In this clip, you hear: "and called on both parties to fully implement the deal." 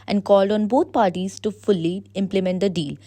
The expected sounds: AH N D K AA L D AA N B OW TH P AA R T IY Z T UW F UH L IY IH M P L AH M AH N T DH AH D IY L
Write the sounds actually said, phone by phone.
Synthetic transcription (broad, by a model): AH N D K AA L D AA N B OW T P AA R T IY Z T UW F UH L IY IH M P L AH M AH N T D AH D IY L